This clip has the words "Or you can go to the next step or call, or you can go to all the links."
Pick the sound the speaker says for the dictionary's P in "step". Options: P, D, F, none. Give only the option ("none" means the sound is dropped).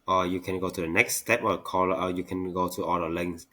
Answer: P